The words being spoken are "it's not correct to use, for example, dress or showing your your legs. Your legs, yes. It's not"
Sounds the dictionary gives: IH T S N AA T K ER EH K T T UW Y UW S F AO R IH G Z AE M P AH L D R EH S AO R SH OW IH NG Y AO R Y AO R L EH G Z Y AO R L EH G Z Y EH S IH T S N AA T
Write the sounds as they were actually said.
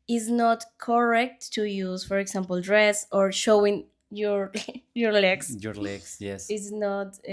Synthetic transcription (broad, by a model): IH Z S N AA T K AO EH K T T UW Y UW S F AO R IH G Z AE M P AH L D R EH S AO R SH OW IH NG Y AO R Y AO R L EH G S Y AO R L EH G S Y EH S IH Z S N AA T